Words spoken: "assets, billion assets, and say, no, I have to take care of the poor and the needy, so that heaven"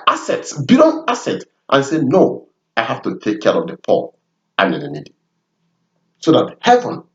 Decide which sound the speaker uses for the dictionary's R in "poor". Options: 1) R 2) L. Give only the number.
2